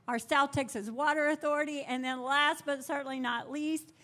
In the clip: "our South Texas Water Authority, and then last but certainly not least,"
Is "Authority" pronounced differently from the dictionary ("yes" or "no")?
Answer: no